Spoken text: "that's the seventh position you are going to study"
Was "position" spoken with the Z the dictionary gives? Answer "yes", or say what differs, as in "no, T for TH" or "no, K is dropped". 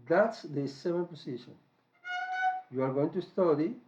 no, S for Z